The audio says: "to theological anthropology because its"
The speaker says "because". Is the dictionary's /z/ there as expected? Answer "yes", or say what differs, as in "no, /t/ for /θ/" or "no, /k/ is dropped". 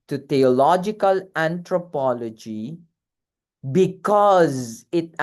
yes